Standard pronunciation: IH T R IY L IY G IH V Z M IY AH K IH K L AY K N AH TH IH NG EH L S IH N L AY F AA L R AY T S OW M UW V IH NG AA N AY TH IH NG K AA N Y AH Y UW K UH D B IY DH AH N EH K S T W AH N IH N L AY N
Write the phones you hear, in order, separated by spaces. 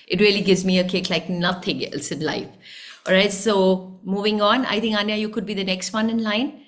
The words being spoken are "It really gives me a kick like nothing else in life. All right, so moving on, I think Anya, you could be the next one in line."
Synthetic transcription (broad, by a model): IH T R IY L IY G IH V Z M IY AH K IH K L AY K N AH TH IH NG EH L S IH N L AY F AA L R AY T S OW M UW V IH NG AA N AY T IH NG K AA N Y AH Y UW K UH D B IY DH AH N EH K S T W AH N IH N L AY N